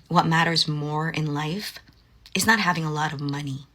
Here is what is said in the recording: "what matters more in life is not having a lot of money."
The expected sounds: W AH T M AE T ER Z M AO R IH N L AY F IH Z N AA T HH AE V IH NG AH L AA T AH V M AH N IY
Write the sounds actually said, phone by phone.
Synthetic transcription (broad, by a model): W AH T M AE T ER Z M AO R IH N L AY F IH Z N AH T HH AE V IH NG AH L AA T AH V M AH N IY